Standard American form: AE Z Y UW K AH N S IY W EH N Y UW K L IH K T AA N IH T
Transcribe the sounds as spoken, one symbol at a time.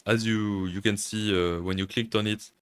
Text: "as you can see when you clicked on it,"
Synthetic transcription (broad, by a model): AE Z Y UW K AH N S IY W EH N Y UW K L IH K T AA N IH T